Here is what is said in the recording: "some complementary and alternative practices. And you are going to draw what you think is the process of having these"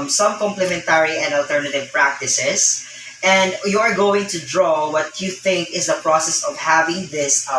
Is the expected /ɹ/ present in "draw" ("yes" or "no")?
yes